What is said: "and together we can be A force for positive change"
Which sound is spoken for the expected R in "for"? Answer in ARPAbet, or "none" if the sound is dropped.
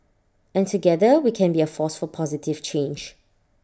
L